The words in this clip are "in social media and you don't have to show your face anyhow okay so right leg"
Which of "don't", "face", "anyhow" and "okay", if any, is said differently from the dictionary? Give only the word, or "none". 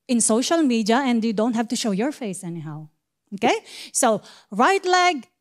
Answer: none